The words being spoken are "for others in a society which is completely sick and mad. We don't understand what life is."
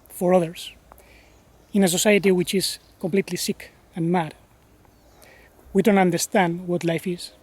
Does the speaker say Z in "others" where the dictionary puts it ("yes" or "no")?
no